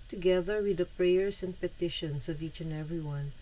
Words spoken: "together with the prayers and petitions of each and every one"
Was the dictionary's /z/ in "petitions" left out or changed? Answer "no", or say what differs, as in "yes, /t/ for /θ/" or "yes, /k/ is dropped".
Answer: yes, /s/ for /z/